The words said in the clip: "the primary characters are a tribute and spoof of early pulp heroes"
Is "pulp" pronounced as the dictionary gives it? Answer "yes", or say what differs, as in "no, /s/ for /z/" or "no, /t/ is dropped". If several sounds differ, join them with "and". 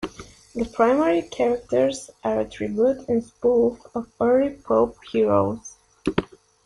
no, /l/ is dropped